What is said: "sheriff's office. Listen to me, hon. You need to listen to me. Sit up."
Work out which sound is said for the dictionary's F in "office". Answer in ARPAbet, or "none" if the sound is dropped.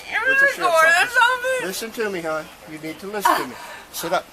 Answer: none